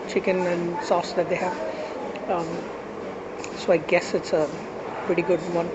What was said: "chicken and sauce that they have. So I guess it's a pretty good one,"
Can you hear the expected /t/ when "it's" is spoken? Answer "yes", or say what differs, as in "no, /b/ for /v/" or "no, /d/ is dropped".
yes